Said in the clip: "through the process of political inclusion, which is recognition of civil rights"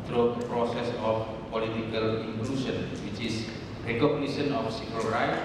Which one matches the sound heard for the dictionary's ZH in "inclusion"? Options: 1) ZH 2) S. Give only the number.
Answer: 2